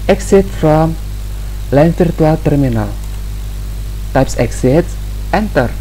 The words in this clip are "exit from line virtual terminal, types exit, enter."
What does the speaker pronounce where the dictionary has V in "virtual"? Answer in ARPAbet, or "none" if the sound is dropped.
F